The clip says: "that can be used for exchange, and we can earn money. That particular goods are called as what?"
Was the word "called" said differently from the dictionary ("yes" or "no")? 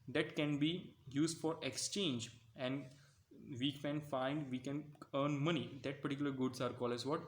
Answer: yes